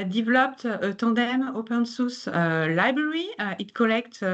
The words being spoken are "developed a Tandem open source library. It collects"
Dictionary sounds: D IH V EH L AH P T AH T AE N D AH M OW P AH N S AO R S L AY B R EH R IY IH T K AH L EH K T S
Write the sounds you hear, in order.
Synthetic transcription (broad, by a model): D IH V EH L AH P T AH T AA D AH M OW P AH N S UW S L AY B R EH R IY IH T K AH L EH K T